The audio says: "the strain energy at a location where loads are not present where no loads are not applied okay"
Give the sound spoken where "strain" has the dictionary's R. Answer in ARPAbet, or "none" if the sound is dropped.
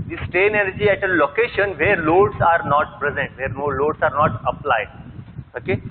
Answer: none